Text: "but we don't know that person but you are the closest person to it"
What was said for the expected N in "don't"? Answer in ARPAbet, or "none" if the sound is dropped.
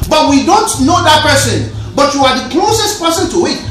N